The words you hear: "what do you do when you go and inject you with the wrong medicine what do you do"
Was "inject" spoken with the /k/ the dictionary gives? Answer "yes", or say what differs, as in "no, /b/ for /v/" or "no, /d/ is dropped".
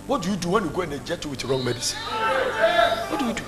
no, /k/ is dropped